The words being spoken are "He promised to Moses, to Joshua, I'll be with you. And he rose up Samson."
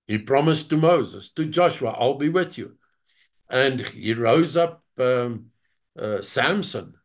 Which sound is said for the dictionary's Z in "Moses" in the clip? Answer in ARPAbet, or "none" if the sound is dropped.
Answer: Z